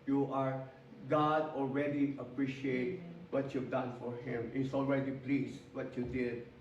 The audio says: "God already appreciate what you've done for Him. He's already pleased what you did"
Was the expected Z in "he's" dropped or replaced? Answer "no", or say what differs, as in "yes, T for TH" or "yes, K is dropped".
yes, S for Z